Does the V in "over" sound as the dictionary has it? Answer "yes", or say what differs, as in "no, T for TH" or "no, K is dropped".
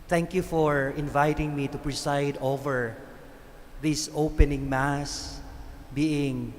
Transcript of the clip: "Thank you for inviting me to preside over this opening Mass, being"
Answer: yes